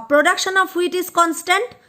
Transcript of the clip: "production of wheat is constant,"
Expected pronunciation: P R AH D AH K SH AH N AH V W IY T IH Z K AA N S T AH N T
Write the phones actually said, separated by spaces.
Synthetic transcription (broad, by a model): P R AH D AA K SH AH N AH P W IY T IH S K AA N S T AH N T